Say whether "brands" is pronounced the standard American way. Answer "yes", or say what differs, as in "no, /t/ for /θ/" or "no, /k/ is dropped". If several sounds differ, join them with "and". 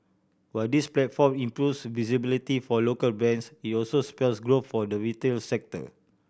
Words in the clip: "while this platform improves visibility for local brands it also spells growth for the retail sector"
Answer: no, /ɹ/ is dropped